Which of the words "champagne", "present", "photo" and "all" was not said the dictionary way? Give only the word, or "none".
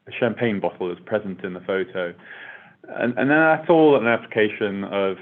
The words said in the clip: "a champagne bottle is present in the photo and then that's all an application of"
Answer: none